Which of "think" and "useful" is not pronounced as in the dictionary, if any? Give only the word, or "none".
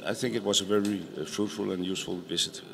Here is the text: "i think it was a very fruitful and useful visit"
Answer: none